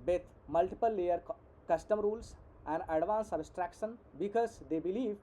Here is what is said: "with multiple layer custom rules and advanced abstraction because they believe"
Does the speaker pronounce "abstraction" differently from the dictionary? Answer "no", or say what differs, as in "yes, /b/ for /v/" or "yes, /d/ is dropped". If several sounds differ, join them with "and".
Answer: yes, /b/ is dropped